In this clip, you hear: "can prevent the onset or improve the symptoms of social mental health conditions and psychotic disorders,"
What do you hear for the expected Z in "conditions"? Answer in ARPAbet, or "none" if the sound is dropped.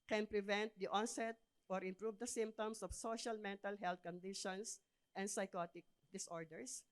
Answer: S